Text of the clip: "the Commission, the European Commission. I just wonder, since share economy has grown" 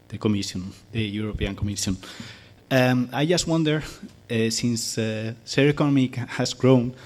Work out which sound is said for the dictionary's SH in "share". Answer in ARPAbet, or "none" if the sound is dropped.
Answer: S